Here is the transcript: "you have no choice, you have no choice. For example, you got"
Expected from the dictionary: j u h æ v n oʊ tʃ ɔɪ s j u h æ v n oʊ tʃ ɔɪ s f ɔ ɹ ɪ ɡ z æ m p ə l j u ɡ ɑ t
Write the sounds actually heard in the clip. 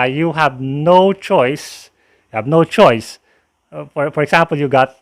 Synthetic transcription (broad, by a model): j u h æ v n oʊ tʃ ɔɪ s j u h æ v n oʊ tʃ ɔɪ s f ɔ ɹ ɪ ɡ s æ m p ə l j u ɡ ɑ t